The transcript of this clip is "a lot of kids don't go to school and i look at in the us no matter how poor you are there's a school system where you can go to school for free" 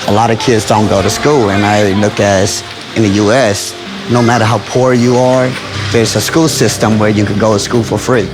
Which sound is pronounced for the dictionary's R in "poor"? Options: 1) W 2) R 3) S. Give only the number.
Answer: 2